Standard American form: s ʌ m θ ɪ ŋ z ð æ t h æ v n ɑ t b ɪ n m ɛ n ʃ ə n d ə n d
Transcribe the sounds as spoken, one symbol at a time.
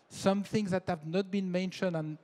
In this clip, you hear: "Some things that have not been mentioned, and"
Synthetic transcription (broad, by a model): s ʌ m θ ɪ ŋ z ð æ t h æ v n ɑ t b ɪ n m ɛ n ʃ ə n d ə n